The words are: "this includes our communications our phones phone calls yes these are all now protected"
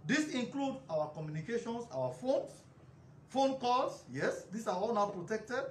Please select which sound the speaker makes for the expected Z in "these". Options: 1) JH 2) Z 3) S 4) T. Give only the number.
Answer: 3